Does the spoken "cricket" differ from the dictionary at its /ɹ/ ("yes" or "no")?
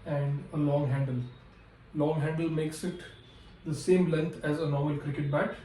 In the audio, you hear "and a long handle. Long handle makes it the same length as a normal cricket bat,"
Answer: no